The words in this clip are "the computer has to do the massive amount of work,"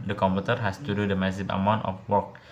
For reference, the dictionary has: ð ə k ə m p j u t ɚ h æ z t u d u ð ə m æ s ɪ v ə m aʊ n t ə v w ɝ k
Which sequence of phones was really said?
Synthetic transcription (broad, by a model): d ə k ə m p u t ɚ h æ s t u d u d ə m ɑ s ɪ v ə m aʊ n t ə f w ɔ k